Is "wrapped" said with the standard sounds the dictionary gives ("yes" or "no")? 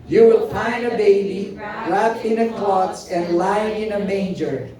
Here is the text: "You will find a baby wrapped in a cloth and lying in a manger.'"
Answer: no